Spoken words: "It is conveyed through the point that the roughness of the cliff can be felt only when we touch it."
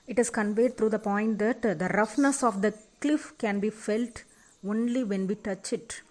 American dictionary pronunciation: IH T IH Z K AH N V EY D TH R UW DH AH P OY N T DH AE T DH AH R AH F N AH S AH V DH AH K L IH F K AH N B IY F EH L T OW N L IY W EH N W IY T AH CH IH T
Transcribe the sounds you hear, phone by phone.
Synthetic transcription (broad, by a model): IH T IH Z K AH N V EY D T R UW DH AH P OY N T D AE T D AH R AH F N AH S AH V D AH K L IH F K AH N B IY F EH L T OW N L IY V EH N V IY T AH CH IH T